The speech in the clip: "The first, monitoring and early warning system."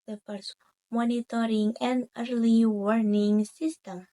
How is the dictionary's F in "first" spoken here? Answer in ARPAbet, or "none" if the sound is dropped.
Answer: P